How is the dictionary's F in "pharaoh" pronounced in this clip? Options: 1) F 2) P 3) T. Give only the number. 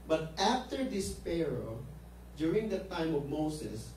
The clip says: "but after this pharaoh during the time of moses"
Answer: 2